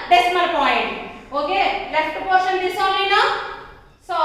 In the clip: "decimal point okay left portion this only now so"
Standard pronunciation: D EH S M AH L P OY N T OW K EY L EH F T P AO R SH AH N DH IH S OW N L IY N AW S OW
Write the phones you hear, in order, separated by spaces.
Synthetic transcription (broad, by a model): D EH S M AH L P OY N T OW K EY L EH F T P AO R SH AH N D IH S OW L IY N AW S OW